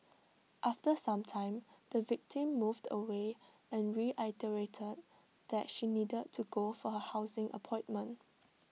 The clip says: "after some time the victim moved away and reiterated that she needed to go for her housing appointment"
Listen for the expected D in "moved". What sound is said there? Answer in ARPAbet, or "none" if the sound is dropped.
D